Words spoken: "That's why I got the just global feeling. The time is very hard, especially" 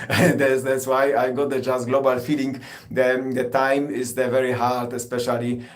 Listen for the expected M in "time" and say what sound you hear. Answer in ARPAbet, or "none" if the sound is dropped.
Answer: M